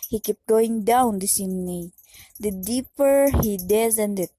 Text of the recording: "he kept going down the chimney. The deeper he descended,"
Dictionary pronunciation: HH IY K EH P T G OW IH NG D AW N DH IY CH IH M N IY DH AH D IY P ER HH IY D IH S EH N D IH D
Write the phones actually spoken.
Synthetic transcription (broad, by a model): HH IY K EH P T G OW IH NG D AW N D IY S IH N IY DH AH D IY P ER HH IY D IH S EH N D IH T